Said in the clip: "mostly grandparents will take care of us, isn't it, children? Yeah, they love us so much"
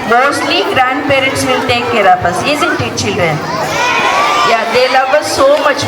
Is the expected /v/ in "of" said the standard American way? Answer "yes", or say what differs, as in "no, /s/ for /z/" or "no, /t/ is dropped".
no, /p/ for /v/